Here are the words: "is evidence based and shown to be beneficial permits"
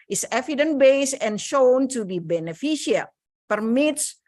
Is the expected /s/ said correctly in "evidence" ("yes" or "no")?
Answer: no